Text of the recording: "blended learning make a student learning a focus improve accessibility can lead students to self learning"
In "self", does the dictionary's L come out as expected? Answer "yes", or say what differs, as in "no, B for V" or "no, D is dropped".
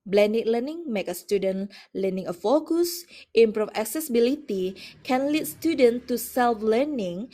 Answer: yes